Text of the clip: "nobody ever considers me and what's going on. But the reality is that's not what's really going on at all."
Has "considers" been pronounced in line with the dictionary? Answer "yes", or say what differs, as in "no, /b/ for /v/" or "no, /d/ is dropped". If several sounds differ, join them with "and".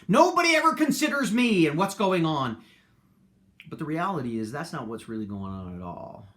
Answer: yes